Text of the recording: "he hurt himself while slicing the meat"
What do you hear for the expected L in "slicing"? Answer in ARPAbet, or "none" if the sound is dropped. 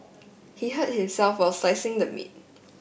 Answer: none